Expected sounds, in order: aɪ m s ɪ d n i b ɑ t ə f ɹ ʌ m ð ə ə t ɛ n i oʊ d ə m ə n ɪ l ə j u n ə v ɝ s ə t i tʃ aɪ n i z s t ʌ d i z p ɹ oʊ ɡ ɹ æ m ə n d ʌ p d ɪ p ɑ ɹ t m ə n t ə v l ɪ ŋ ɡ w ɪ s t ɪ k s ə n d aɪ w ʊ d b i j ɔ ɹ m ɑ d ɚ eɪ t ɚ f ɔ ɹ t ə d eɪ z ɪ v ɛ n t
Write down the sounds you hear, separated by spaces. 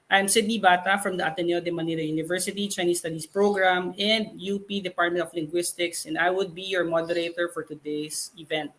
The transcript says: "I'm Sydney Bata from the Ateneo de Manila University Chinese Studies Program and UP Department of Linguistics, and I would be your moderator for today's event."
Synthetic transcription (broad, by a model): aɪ m s ɪ d n i b ɑ t ə f ɹ ʌ m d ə ə t ɛ n i oʊ d ə m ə n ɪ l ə j u n ə v ɝ s ə t i tʃ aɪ n i s t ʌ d i s p ɹ oʊ ɡ ɹ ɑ m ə n d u p d ɪ p ɑ ɹ t m ə n t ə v l ɪ ŋ ɡ w ɪ s t ɪ k s ə n d aɪ w ʊ d b i j ɔ ɹ m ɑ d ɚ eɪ t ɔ f ɔ ɹ t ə d eɪ s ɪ v ɛ n t